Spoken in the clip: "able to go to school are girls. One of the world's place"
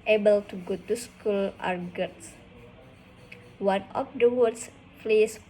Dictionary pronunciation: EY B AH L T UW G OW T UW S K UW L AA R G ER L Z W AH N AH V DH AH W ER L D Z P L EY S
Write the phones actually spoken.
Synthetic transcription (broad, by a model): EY B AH L T UW G OW T UW S K UW L AA R G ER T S W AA N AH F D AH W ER D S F L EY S